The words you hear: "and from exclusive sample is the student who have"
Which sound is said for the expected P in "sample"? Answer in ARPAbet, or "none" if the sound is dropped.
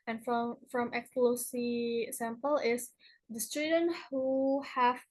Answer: P